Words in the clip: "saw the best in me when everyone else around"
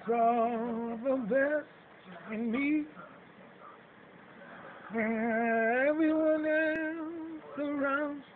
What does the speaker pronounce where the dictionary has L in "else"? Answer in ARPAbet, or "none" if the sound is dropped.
none